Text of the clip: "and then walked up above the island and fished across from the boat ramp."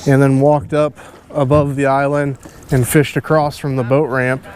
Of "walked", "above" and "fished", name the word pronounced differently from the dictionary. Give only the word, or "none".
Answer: none